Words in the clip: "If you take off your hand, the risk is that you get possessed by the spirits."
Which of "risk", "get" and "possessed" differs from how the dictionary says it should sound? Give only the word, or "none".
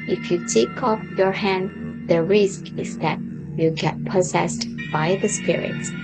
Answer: none